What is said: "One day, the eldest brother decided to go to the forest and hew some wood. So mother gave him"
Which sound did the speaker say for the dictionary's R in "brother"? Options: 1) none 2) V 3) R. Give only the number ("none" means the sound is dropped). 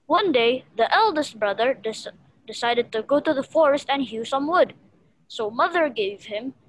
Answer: 3